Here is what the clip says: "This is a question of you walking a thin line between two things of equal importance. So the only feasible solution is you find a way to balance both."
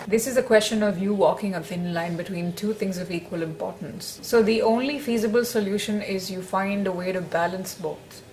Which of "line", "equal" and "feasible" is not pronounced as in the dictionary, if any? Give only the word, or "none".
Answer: none